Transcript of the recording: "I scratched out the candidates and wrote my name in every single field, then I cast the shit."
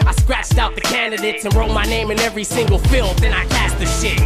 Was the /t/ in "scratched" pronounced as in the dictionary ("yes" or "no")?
yes